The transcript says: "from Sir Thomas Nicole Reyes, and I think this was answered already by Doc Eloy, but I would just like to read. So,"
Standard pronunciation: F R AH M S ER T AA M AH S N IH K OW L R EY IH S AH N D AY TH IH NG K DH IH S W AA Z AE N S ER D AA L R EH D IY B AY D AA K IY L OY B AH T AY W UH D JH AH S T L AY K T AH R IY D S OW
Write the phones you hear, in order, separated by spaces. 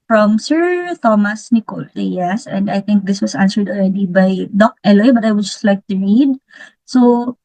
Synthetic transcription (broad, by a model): F R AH M S ER T AA M AH S N IH K OW L L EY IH S AH N D AY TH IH NG K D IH S W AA S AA N S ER D AA L R EH D IY B AY D AA K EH L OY B AH T AY W UH D JH AH S T L AY K T AH R IY D S OW